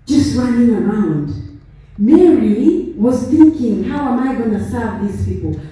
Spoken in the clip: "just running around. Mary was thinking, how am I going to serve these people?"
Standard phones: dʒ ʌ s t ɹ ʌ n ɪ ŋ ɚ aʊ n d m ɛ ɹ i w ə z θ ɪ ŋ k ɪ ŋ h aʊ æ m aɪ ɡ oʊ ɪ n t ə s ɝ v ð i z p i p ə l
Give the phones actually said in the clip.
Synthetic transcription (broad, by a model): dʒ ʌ s t ɹ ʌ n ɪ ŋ ɚ aʊ n d m ɛ ɹ i w ə z θ ɪ ŋ k ɪ ŋ h aʊ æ m aɪ ɡ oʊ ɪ n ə s ɝ v ð i z p i p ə l